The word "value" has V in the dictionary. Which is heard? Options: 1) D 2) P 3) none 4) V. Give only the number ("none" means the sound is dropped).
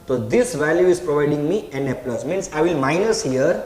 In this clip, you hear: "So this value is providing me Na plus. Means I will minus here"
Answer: 4